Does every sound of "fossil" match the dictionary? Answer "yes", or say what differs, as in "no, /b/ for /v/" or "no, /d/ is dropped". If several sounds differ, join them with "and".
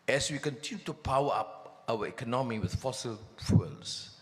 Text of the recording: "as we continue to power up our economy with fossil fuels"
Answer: yes